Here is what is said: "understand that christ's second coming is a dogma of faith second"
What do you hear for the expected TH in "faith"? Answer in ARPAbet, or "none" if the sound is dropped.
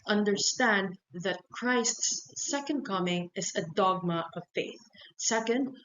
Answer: TH